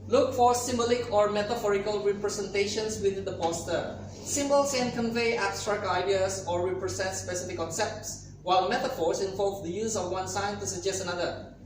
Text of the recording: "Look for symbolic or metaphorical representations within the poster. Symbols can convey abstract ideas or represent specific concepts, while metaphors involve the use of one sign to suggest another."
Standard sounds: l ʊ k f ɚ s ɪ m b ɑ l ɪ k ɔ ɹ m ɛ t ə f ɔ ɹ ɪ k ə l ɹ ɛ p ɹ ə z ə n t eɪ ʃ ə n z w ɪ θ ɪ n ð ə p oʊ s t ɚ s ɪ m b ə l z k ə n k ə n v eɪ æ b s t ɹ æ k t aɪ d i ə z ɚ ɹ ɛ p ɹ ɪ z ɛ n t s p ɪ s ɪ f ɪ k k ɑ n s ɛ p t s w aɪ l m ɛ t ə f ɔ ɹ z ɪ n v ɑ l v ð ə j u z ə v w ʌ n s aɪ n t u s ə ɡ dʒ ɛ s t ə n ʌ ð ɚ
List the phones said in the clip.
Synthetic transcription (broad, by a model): l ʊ k f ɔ s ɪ m b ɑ l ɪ k ɔ ɹ m ɛ t ə f ɔ ɹ ɪ k ə l ɹ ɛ p ɹ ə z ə n t eɪ ʃ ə n s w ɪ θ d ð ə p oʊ s t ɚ s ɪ m b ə l s k ə n k ə n v eɪ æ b s t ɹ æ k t aɪ d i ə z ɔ ɹ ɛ p ɹ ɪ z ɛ n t s p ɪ s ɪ f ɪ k k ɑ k s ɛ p t s w aɪ l m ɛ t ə f ɔ ɹ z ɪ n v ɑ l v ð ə j u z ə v w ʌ n s aɪ n t u s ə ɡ dʒ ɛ s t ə n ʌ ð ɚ